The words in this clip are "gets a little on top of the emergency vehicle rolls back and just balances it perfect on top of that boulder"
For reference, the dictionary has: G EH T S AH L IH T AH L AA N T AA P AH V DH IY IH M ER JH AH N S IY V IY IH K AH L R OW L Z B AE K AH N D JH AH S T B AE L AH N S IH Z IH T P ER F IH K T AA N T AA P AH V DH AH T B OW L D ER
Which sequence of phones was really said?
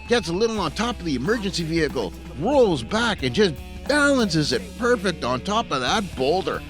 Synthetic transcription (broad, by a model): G EH T S AH L IH T L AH N T AA P AH V DH IY IH M ER JH AH N S IY V IY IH K L R OW L Z B AE K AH N JH AH S B AE L AH N S IH Z IH T P ER F IH K T N T AA P AH V DH AH T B OW L D ER